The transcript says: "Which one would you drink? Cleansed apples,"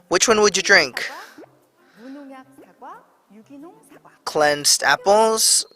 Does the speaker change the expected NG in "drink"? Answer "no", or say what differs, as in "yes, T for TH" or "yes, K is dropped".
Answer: no